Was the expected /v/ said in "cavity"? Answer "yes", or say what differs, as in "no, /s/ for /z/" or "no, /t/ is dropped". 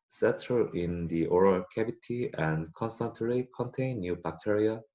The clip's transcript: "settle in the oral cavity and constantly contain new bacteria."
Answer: no, /b/ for /v/